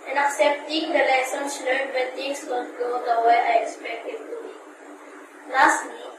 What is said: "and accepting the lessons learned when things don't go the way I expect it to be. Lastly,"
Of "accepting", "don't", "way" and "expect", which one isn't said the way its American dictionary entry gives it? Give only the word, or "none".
don't